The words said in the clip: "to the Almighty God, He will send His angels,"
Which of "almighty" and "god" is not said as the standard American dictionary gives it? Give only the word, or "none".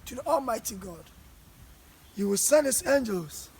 none